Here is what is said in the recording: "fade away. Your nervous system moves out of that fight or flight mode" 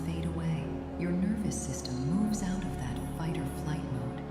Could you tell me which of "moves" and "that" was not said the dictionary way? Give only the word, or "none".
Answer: none